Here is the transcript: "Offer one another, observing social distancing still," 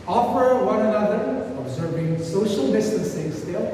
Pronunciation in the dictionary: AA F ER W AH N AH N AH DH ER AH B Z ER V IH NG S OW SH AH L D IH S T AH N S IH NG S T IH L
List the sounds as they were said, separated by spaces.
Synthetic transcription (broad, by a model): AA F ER W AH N AH N AH DH ER AH B Z ER V IH NG S OW SH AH L D IH S T AH N S IH NG S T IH L